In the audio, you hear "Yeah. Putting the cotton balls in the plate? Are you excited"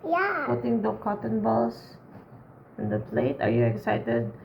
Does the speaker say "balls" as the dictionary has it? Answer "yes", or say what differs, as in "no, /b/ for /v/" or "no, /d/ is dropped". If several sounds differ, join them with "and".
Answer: no, /s/ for /z/